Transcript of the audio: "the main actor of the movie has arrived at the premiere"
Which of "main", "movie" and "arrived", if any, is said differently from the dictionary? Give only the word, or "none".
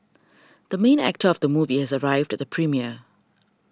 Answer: none